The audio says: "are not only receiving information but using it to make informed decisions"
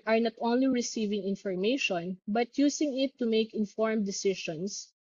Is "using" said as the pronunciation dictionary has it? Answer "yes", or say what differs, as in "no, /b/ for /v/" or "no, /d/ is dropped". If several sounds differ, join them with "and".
no, /s/ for /z/